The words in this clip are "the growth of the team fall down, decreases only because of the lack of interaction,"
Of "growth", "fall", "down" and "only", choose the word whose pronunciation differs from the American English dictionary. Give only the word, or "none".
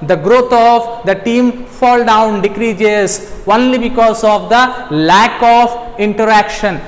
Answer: growth